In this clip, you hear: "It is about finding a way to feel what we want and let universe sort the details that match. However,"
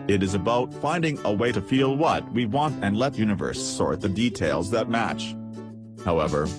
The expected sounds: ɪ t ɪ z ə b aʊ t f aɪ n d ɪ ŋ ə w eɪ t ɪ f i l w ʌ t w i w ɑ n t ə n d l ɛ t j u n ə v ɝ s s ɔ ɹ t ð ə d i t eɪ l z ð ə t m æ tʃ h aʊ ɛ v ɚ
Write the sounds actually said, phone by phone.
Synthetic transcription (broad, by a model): ɪ t ɪ z ə b aʊ t f aɪ n d ɪ ŋ ə w eɪ t ɪ f i l w ʌ t w i w ɑ n t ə n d l ɛ t j u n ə v ɝ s s ɔ ɹ t ð ə d i t eɪ l z ð ə t m æ tʃ h aʊ ɛ v ɚ